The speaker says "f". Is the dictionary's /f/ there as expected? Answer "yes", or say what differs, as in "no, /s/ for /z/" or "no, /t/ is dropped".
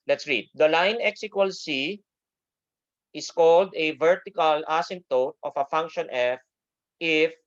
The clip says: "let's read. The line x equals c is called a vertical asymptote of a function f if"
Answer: yes